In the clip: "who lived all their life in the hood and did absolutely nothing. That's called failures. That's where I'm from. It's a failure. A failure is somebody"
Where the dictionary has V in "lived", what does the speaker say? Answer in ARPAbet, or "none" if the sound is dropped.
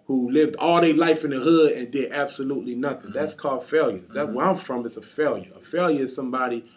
V